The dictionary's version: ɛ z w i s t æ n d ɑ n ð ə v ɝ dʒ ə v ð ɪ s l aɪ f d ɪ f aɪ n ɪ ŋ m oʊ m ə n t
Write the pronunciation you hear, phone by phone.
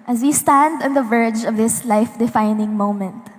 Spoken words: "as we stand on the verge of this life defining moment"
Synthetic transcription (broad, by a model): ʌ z w i s t æ n d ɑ n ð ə v ɝ dʒ ə v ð ɪ s l aɪ f d ɪ f aɪ n ɪ ŋ m oʊ m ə n t